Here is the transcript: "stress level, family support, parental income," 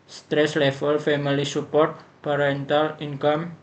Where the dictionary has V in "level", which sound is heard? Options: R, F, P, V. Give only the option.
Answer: F